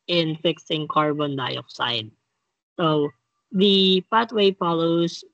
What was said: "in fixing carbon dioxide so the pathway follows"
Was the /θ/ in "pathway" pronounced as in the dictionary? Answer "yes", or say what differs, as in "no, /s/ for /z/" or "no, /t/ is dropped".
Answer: no, /t/ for /θ/